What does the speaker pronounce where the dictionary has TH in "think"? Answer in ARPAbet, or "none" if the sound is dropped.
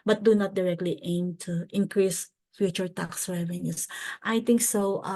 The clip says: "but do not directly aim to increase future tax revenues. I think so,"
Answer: T